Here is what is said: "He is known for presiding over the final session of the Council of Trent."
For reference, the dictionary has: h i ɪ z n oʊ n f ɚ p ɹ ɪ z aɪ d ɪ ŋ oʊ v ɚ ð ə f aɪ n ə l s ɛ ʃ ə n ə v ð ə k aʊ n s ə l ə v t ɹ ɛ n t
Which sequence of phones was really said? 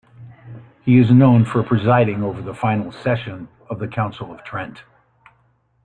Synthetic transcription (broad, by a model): h i ɪ z n oʊ n f ɚ p ɹ ɪ z aɪ d ɪ ŋ oʊ v ɚ ð ə f aɪ n l s ɛ ʃ ə n ə v ð ə k aʊ n s l ə v t ɹ ɛ n t